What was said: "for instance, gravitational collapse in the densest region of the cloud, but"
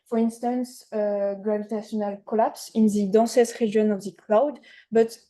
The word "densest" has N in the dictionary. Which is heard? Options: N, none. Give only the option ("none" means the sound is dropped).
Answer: none